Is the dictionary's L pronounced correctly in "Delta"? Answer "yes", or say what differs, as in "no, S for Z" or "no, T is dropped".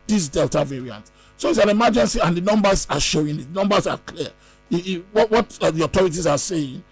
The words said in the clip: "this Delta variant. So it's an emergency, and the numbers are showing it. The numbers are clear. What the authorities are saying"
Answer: yes